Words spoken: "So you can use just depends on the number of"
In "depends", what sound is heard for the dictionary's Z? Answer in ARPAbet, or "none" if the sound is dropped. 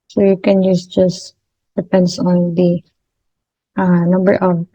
S